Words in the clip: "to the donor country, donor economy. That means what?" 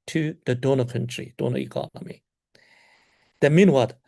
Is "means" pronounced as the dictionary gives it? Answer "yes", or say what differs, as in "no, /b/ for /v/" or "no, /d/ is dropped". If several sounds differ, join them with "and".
no, /z/ is dropped